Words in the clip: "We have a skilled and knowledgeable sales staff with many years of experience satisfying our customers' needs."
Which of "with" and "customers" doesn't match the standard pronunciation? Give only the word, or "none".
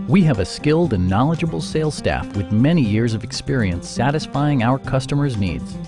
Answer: none